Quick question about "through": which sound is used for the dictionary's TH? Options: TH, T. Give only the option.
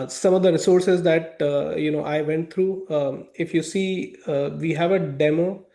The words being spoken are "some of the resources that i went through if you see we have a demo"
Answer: T